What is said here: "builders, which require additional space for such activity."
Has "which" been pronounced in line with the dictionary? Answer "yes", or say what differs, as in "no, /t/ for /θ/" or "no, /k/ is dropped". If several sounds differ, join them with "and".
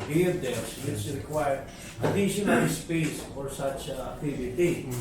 no, /s/ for /tʃ/